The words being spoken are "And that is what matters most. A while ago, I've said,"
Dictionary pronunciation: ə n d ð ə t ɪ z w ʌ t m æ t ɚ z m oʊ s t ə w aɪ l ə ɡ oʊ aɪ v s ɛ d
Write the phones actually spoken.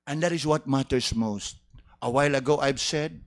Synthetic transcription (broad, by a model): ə n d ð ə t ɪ s w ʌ t m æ t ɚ s m oʊ s t ə w aɪ l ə ɡ oʊ aɪ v s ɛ d